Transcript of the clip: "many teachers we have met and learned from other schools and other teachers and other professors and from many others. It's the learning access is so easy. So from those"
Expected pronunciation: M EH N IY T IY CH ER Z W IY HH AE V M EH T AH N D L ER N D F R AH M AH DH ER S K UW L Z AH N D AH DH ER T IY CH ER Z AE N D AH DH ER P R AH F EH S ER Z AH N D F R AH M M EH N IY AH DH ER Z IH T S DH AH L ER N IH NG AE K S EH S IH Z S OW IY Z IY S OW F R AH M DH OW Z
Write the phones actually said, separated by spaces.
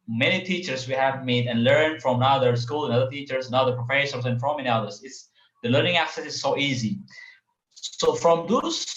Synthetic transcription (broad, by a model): M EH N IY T IY CH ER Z W IY HH AE V M EH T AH N L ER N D F R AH M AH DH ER S K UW L AH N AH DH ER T IY CH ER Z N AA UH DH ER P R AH F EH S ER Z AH N F R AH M M EH N IY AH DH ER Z IH T S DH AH L ER N IH NG AE K S EH S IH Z S OW IY Z IY S OW F R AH M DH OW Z